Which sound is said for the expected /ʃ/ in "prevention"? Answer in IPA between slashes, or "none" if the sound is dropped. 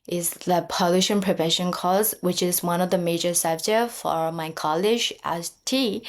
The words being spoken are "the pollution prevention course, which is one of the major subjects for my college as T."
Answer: /ʃ/